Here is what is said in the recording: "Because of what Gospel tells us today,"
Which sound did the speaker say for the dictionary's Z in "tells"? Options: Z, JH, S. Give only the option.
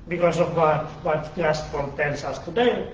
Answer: S